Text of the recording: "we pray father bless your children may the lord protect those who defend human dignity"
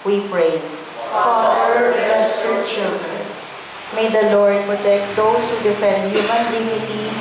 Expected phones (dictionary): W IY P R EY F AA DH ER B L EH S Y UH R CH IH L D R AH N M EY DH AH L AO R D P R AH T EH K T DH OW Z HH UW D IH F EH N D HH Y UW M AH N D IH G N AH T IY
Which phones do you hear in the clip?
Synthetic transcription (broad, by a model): W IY P R EY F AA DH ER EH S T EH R CH IH L D R AH N M EY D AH L AO R D P R AH T EH K T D OW S HH UW D IH F EH N D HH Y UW M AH N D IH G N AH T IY